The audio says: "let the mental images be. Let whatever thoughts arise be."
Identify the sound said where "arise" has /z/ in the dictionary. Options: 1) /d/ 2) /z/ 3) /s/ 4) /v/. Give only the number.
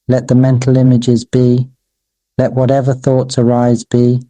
2